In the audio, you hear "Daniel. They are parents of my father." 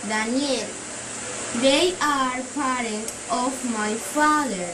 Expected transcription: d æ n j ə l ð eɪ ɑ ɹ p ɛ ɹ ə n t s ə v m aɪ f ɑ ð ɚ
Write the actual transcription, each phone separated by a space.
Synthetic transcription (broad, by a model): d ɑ n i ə l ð eɪ ɑ ɹ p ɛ ɹ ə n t ə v m aɪ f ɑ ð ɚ